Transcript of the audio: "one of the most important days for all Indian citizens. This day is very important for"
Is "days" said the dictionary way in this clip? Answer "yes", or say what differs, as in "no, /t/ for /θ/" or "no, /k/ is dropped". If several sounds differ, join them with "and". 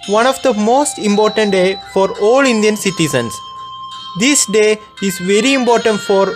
no, /z/ is dropped